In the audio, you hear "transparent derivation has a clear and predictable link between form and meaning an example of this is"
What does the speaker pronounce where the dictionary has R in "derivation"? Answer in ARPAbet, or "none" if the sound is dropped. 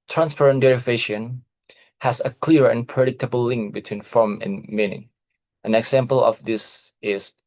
R